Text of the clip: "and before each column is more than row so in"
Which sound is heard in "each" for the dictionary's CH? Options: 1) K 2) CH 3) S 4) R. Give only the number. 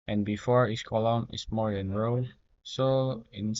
3